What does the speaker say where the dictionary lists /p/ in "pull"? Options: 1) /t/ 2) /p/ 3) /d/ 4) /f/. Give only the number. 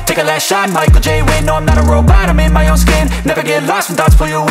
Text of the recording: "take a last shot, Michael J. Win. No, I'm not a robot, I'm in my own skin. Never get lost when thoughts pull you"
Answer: 4